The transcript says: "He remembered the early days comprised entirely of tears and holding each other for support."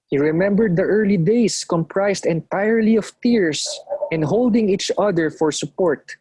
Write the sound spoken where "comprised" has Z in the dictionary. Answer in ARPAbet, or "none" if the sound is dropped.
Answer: S